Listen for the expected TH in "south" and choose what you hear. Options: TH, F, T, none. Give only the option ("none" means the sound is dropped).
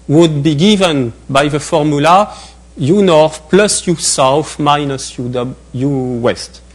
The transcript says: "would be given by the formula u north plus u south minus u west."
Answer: F